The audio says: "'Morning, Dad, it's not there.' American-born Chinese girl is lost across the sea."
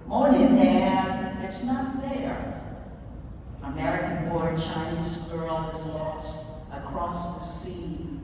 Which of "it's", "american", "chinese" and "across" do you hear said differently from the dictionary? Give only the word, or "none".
none